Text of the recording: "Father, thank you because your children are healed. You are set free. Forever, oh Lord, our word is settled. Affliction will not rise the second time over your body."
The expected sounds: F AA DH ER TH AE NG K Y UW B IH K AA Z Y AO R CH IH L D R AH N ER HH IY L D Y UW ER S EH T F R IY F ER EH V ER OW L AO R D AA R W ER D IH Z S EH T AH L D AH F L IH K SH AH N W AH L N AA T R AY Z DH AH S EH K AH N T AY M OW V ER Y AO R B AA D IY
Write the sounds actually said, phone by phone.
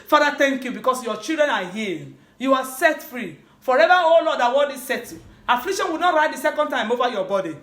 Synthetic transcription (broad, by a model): F AA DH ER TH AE NG K Y UW B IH K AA S Y AO CH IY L D R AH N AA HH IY Y UW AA S EH T F R IY F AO EH V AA OW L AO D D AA W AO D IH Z S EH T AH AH F L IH K SH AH N W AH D N AA T R AY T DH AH S EH K AH N T AY M OW V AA Y AO B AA D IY